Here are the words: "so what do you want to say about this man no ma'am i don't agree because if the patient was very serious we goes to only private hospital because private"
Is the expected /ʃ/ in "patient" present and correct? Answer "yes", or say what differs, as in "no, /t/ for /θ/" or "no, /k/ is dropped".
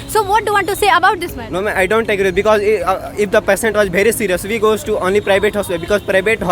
no, /s/ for /ʃ/